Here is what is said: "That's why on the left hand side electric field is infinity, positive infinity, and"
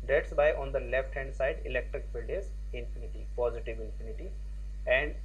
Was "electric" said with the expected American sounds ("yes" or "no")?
yes